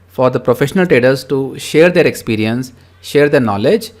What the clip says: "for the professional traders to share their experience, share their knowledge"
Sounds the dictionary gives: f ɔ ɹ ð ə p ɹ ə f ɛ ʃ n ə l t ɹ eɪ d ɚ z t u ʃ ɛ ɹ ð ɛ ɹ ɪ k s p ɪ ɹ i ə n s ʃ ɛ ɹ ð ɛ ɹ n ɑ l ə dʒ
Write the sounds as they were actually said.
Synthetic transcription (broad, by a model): f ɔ ɹ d ə p ɹ ə f ɛ ʃ n ə l t ɹ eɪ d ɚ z t u ʃ ɛ ɹ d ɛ ɹ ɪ k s p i ɹ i ə n s ʃ ɛ ɹ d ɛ ɹ n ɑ l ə dʒ